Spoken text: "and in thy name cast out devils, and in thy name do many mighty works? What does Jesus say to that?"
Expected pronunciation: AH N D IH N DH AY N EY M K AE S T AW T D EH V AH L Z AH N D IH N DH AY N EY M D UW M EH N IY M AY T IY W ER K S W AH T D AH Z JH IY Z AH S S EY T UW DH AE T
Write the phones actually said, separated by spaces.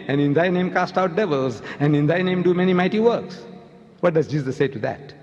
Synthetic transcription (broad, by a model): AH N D IH N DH AY N EY M K AE S T AW T D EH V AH L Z AH N D IH N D AY N EY M D UW M EH N IY M AY T IY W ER K S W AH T D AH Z JH IY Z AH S S EY T UW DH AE T